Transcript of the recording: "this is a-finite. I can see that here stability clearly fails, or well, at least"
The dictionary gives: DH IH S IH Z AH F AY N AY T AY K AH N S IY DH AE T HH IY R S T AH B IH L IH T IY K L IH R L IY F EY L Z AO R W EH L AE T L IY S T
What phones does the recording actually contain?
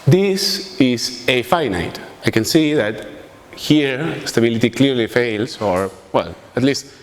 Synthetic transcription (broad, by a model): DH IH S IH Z AH F AY N AY T AY K AH N S IY DH AE T HH IY R S T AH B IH L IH T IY K L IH R L IY F EY L S AO R W EH L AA T L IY S T